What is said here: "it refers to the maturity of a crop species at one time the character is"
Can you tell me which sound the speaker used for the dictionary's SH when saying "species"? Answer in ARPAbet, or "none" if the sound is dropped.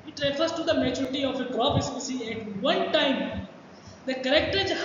S